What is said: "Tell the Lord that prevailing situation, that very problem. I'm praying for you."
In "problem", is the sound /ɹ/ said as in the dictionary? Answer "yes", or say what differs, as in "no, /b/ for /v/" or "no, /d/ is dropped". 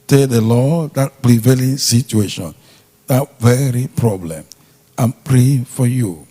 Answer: yes